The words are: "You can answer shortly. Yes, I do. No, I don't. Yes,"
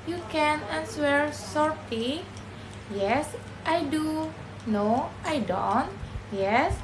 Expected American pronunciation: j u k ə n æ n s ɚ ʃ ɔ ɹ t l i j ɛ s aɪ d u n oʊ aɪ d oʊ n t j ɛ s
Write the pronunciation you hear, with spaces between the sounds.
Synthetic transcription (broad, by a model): j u k ə n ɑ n s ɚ s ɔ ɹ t i j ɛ s aɪ d u n oʊ aɪ d oʊ n t j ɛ s